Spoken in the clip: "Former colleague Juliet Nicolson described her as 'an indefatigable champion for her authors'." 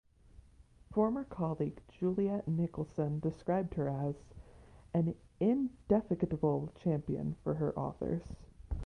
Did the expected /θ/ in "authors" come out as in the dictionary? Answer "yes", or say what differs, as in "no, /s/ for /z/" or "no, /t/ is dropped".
yes